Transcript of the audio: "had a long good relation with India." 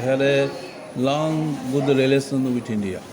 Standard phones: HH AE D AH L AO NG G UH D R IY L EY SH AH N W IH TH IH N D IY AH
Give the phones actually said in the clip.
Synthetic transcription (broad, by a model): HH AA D AH L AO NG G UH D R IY L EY S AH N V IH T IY N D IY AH